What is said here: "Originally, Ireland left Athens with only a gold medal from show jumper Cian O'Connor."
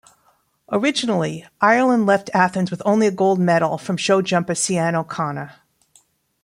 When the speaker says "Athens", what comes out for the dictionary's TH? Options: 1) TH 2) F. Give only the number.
1